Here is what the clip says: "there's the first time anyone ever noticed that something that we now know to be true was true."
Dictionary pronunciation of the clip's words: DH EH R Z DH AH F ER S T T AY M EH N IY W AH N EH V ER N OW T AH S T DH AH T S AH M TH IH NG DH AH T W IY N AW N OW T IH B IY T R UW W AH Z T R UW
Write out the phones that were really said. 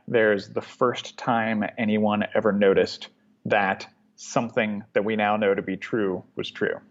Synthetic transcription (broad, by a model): DH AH R Z DH AH F ER S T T AY M EH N IY W AH N EH V ER N OW T AH S T DH AH T S AH M TH IH NG DH AH T W IY N AW N OW T IH B IY T R UW W AH Z T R UW